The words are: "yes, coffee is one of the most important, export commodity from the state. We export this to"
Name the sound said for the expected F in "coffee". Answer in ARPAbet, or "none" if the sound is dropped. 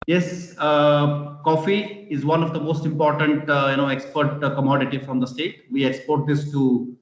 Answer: F